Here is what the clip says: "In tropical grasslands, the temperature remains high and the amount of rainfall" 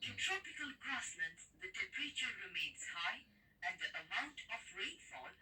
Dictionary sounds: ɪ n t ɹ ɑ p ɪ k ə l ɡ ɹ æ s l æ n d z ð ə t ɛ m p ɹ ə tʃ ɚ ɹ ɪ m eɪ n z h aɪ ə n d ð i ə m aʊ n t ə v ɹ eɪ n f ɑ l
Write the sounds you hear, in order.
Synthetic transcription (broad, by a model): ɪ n t ɹ ɑ p ɪ k ə l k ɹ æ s n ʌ n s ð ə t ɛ p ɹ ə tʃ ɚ ɹ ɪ m eɪ n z h aɪ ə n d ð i ə m aʊ n t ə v ɹ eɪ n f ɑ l